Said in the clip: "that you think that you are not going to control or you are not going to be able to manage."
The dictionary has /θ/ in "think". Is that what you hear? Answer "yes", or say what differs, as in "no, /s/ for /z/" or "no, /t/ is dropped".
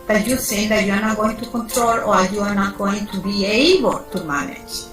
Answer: no, /s/ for /θ/